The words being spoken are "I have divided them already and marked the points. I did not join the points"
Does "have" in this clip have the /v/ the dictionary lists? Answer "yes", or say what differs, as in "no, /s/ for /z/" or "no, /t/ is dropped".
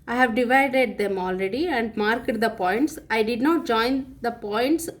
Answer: yes